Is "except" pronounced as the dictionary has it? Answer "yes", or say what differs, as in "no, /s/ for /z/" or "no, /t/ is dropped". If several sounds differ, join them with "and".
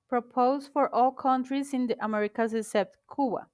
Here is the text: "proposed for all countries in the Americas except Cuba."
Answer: no, /k/ is dropped